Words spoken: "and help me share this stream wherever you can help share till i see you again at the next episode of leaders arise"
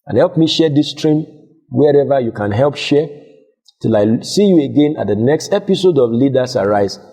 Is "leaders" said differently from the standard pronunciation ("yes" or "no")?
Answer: yes